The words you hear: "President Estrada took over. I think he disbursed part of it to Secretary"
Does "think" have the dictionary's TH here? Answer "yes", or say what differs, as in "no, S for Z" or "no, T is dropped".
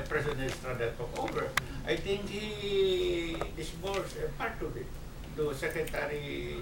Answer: no, T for TH